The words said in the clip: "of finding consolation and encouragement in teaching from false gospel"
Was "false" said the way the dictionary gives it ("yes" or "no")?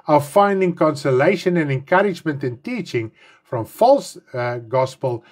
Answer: yes